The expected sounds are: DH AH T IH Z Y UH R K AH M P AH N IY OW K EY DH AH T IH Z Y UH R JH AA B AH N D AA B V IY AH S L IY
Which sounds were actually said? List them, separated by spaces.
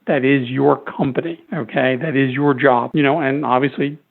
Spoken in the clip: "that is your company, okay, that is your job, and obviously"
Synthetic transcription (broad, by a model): DH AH T IH Z Y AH R K AH M P AH N IY OW K EY DH AH T IH Z Y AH R JH AA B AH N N AA B V IY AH S L IY